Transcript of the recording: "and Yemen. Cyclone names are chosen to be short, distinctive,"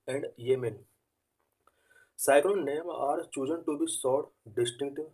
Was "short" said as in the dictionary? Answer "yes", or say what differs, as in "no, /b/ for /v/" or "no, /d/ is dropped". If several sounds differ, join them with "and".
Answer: no, /s/ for /ʃ/